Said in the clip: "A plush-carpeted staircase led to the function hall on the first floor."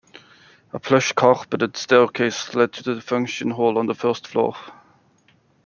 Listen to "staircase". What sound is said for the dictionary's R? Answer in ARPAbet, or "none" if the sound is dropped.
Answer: L